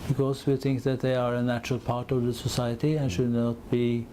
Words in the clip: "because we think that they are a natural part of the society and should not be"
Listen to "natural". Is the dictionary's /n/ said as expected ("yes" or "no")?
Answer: yes